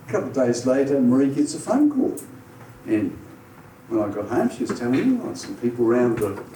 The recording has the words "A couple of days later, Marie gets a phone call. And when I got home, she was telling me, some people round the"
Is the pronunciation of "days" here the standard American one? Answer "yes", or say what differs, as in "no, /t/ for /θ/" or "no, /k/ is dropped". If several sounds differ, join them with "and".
yes